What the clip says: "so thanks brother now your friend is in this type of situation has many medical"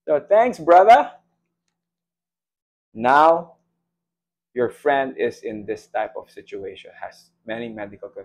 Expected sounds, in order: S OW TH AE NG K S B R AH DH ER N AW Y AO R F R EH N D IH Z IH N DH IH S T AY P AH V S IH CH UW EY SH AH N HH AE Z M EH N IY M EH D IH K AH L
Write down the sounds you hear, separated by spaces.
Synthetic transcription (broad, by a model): S OW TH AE NG K S B R AH DH ER N AW Y AO R F R EH N D IH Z IH N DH IH S T AY P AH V S IH CH UW EY SH AH N HH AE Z M EH N IY M EH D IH K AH L